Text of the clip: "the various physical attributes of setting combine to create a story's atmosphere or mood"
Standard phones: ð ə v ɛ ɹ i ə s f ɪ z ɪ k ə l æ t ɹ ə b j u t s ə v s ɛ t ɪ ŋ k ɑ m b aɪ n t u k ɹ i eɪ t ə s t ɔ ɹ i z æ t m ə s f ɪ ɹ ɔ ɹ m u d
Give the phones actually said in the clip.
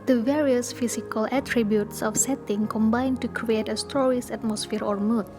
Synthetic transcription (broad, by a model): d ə v ɛ ɹ i ə s f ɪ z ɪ k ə l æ t ɹ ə b j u t s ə f s ɛ t ɪ ŋ k ɑ m b aɪ n t u k ɹ i eɪ t ə s t ɔ ɹ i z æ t m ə s f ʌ ɹ ɔ ɹ m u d